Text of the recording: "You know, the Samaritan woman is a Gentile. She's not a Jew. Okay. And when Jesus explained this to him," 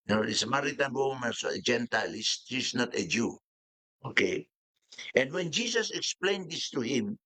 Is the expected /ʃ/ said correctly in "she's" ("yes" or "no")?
no